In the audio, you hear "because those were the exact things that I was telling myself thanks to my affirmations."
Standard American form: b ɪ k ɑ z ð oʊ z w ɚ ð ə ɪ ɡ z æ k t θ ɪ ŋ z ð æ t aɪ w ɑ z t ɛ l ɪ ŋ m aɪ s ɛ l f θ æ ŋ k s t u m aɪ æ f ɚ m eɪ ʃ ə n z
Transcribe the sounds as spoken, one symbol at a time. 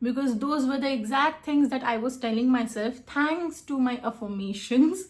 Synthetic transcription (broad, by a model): b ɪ k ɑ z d oʊ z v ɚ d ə ɪ ɡ z æ k t t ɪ ŋ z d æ t aɪ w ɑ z t ɛ l ɪ ŋ m aɪ s ɛ l f t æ ŋ k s t u m aɪ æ f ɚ m eɪ ʃ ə n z